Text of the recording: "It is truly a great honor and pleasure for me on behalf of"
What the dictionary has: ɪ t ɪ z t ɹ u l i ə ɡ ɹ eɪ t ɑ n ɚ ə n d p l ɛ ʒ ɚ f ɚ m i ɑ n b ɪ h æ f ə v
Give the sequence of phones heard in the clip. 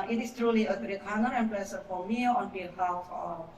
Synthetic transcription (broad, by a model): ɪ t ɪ s t ɹ u l i ə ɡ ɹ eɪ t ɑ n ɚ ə n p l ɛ s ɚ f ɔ m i ɑ n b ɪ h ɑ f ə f